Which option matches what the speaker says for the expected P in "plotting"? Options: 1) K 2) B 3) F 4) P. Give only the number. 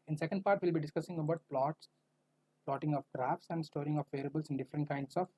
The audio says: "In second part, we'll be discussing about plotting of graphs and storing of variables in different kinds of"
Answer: 4